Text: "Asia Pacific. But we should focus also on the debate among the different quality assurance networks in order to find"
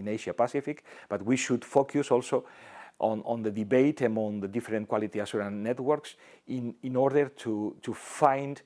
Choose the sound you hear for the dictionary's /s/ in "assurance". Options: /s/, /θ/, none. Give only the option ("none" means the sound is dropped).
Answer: none